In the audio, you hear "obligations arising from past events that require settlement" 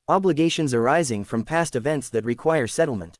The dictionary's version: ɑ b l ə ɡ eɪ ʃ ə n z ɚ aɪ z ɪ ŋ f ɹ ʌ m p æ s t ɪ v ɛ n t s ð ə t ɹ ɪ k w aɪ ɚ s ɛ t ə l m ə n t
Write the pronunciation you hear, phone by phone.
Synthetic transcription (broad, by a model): ɑ b l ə ɡ eɪ ʃ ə n z ɚ aɪ z ɪ ŋ f ɹ ʌ m p æ s t ɪ v ɛ n t s ð ə t ɹ ɪ k w aɪ ɚ s ɛ t l m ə n t